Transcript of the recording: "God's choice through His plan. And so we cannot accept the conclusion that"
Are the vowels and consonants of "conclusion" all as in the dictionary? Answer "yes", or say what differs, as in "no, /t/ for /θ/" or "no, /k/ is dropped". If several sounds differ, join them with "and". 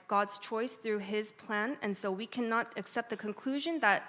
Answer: yes